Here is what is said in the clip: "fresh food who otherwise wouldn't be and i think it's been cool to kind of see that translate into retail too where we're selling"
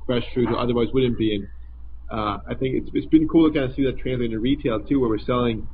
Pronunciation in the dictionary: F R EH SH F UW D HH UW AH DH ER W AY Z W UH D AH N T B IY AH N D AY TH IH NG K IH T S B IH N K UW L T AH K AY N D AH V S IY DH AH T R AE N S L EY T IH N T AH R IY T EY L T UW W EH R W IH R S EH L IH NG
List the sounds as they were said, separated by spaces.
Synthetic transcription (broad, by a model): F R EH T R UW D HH AH DH ER W AY Z W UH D N B IY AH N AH AY TH IH NG K IH T S B IH N K UW L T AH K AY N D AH S IY DH AH T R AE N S L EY IH T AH R IY T EY L T UW W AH R W IH R S EH L IH NG